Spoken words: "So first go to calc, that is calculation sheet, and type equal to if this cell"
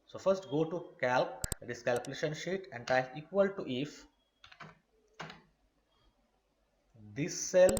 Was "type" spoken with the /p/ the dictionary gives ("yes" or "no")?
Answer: no